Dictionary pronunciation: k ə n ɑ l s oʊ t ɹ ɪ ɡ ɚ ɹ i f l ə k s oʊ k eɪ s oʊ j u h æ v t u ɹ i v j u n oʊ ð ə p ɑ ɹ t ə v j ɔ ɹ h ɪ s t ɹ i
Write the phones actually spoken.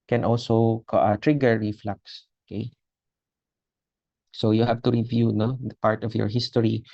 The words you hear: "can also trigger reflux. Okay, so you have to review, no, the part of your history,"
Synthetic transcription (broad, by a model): k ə n ɑ l s oʊ t ɹ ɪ ɡ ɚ ɹ i f l ə k s oʊ k eɪ s oʊ j u h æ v t u ɹ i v j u n oʊ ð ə p ɑ ɹ t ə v j ɔ ɹ h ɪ s t ɹ i